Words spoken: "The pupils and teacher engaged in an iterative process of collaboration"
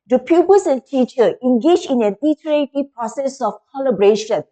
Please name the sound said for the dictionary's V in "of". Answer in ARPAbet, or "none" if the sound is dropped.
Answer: F